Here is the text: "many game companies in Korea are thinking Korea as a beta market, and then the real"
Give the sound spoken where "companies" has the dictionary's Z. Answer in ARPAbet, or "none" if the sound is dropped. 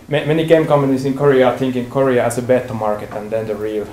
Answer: S